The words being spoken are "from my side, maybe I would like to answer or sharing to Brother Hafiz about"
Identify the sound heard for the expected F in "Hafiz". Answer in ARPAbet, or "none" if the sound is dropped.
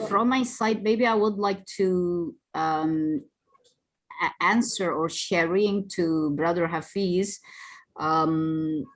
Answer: F